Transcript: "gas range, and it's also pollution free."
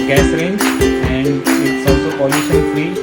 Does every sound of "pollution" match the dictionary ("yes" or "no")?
no